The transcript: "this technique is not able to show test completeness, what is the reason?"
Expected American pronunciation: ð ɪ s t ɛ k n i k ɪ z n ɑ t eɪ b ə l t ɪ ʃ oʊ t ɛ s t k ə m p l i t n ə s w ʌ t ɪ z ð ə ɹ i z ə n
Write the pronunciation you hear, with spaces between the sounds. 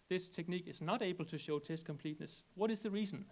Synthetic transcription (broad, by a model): ð ɪ s t ɛ k n i k ɪ z n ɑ t eɪ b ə l t ɪ ʃ oʊ t ɛ s t k ə m p l i t n ə s w ʌ t ɪ z ð ə ɹ i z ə n